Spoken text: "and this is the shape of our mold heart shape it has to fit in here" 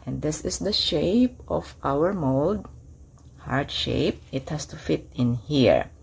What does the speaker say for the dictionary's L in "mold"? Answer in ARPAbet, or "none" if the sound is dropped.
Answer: L